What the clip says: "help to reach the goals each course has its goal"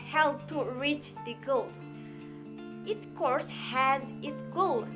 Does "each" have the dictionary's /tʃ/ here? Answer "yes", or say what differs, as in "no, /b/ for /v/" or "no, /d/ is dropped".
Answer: no, /s/ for /tʃ/